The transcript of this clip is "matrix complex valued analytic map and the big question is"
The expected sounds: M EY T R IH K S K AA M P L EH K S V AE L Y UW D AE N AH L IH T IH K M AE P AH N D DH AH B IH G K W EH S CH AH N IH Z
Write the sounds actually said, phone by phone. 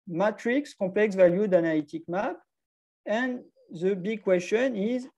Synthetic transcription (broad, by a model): M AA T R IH K S K AA P L EH K S V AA L Y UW D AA N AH L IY T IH K M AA P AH N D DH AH B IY G K W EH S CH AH N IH Z